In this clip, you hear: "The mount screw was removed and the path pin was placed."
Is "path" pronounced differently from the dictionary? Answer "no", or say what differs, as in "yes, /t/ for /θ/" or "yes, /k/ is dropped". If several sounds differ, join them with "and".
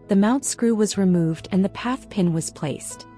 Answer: no